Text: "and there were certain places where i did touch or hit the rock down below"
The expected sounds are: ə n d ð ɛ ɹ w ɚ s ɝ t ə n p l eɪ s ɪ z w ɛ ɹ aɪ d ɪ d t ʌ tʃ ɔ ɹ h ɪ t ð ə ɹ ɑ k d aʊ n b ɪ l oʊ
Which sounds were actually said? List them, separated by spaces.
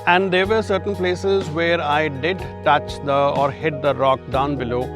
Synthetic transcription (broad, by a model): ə n d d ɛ ɹ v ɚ s ɝ t ə n p l eɪ s ɪ z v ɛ ɹ aɪ d ɪ d t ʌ tʃ ɔ ɹ h ɪ t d ə ɹ ɑ k d aʊ n b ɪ l oʊ